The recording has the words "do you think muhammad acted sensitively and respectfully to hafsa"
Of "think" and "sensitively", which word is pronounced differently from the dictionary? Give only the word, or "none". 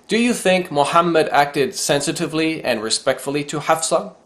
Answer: none